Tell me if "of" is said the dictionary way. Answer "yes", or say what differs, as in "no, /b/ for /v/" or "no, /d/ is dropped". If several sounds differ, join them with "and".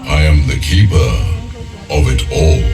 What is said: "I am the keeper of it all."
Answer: yes